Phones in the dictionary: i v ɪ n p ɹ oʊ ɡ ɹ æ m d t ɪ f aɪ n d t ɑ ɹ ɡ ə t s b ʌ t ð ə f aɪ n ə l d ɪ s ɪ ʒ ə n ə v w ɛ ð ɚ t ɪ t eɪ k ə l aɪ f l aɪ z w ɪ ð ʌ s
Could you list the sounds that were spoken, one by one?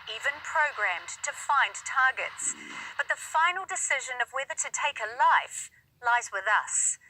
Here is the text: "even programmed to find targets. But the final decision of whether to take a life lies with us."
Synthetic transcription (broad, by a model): i v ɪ n p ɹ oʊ ɡ ɹ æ m t ɪ f aɪ n t ɑ ɹ ɡ ə t s b ʌ t ð ə f aɪ n l d ɪ s ɪ ʒ ə n ə v w ɛ ð ɚ t ɪ t eɪ k ə l aɪ f l aɪ z w ɪ ð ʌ s